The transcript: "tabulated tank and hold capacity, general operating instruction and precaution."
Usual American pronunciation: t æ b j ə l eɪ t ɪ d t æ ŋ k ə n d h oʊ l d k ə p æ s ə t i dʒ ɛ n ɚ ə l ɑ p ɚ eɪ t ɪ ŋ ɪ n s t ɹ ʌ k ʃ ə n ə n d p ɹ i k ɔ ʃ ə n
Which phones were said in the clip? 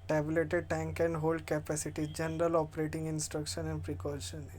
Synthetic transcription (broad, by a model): t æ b l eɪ t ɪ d t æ ŋ k ə n d h oʊ l d k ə p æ s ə t i dʒ ɛ n ɚ ə l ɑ p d eɪ t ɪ ŋ ɪ n s t ɹ ʌ k ʃ ə n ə n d p ɹ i k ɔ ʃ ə n